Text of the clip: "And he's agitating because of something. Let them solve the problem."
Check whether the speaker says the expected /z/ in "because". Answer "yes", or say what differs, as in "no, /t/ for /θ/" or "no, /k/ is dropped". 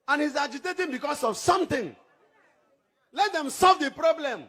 no, /s/ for /z/